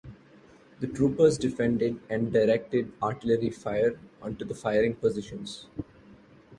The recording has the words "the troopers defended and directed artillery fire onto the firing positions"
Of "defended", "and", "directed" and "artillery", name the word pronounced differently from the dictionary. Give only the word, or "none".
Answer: none